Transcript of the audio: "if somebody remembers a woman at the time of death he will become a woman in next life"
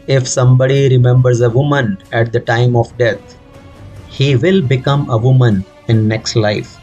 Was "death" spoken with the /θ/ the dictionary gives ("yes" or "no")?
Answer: no